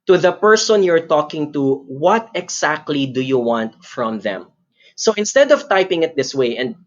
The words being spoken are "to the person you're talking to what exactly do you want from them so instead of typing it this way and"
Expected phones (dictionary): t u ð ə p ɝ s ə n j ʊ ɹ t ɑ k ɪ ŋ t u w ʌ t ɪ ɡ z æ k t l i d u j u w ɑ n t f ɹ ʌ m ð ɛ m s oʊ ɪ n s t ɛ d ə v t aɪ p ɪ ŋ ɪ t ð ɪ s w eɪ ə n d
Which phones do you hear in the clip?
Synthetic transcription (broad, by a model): t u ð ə p ɝ s ə n j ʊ ɹ t ɑ k ɪ ŋ t u w ʌ t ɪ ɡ s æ k t l i d u j u w ɑ n t f ɹ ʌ m ð ɛ m s oʊ ɪ n s t ɛ d ə v t aɪ p ɪ ŋ ɪ t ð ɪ s w eɪ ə n d